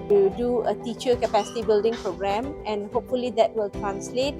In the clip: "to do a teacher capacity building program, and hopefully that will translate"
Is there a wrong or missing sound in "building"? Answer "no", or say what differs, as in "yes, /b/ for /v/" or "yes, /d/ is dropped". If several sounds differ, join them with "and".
no